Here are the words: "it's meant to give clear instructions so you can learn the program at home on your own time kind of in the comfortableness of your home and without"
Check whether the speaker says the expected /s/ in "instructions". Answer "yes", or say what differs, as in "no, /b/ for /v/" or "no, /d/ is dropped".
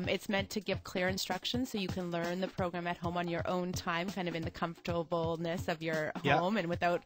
yes